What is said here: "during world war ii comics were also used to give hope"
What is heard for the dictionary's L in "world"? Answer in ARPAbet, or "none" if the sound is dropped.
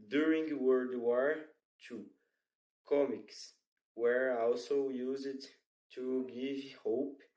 none